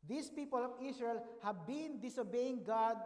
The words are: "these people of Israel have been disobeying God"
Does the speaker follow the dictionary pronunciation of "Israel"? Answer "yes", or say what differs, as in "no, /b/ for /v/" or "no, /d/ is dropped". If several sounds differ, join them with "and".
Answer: no, /s/ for /z/